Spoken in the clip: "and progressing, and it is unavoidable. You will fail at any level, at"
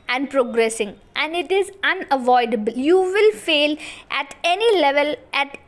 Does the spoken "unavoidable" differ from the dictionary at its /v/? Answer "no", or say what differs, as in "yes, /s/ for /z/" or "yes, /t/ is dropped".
no